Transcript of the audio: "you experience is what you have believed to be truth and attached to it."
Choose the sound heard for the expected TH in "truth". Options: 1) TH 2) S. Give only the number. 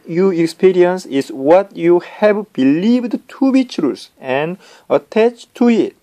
2